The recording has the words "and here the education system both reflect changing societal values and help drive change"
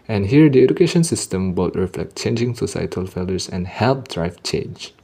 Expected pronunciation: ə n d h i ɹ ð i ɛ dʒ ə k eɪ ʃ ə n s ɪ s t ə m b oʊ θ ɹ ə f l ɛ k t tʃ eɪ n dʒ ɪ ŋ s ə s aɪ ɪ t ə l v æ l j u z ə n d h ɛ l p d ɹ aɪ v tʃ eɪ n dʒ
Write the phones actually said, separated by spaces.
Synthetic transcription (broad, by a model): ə n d h i ɹ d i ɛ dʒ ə k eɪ ʃ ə n s ɪ s t ə m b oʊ t ɹ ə f l ɛ k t tʃ eɪ n dʒ ɪ ŋ s ə s aɪ ɪ t ə l f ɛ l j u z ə n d h ɛ l p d ɹ aɪ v tʃ eɪ n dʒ